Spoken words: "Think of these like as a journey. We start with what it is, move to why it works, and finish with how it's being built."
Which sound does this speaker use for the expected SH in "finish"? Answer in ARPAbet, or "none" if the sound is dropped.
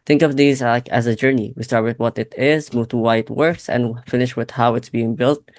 SH